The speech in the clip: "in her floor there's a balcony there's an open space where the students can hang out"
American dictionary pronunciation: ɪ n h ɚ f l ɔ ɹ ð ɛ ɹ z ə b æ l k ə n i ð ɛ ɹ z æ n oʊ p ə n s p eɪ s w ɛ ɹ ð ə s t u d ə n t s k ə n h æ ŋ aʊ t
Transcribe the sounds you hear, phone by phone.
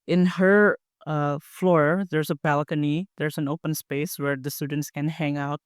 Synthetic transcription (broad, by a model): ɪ n h ɚ f l ɔ ɹ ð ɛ ɹ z ə b æ l k ə n i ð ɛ ɹ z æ n oʊ p ə n s p eɪ s w ɛ ɹ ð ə s t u d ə n t s k ə n h æ ŋ aʊ t